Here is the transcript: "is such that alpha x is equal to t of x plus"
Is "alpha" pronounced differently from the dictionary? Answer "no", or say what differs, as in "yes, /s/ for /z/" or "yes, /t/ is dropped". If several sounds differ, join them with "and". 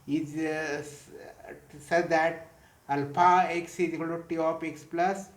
yes, /p/ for /f/